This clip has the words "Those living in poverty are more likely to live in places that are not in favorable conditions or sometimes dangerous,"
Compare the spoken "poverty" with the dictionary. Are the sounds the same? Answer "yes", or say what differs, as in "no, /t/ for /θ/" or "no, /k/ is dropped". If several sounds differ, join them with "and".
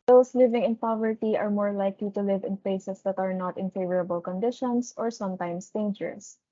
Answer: yes